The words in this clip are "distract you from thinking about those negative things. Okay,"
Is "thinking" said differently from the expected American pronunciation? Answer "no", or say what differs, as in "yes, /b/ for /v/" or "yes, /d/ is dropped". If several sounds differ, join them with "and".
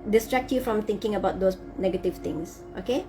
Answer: yes, /t/ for /θ/